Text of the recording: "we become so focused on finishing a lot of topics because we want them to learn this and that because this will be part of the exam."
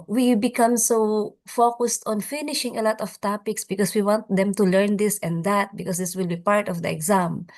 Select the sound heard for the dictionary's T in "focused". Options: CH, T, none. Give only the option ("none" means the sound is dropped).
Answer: T